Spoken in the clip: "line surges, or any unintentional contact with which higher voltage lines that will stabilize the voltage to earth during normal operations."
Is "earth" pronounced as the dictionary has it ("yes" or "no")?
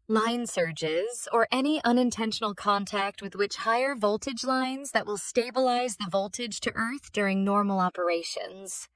yes